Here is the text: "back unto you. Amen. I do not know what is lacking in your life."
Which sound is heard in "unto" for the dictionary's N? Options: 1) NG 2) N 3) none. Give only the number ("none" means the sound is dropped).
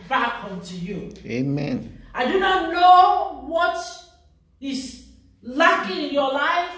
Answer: 2